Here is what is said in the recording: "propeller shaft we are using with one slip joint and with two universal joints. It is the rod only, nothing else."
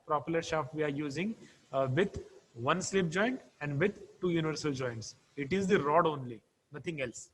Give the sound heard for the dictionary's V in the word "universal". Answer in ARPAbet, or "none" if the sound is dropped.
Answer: V